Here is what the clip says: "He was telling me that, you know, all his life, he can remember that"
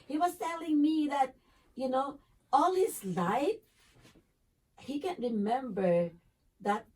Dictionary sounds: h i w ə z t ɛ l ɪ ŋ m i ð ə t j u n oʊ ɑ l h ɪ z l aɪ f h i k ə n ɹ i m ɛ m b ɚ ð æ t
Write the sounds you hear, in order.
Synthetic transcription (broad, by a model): h i w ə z t ɛ l ɪ ŋ m i ð ə t j u n oʊ ɑ l h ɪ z l aɪ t h i k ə n ɹ i m ɛ m b ɚ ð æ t